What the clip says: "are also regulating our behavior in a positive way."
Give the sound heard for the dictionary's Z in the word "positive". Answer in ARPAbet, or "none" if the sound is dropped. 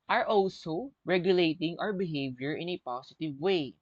S